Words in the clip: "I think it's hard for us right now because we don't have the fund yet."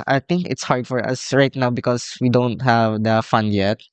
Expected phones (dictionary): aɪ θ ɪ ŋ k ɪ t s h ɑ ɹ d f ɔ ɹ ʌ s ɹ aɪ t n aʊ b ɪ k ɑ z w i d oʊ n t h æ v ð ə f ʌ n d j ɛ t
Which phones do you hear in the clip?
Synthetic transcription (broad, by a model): aɪ t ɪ ŋ k ɪ t s h ɑ ɹ d f ɔ ɹ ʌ s ɹ aɪ t n aʊ b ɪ k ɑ s w i d oʊ n t h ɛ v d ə f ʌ n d j ɛ t